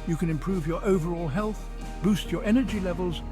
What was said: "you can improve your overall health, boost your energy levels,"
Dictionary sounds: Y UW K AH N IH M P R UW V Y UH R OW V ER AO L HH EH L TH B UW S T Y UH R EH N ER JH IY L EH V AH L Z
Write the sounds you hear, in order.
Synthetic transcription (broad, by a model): Y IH K AH N IH M P R UW V Y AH R OW V ER AO L HH EH L TH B UW S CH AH R EH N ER JH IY L EH V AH L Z